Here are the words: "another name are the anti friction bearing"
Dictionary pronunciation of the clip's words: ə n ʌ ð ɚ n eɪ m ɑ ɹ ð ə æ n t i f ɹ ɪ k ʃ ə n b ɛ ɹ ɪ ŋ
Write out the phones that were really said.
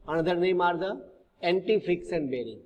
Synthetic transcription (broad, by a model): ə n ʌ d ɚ n eɪ m ɑ ɹ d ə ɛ n t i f ɹ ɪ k s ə n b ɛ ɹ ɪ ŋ